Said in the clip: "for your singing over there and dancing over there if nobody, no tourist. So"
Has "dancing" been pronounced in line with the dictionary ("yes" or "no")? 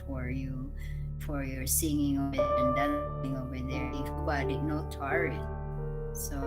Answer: no